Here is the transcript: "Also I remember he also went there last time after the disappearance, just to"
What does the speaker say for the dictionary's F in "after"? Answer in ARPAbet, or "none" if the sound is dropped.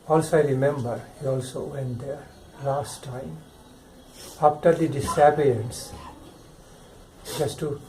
P